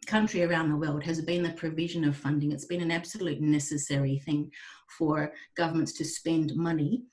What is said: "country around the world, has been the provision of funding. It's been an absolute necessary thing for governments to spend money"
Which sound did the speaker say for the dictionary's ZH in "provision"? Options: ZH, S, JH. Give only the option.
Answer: ZH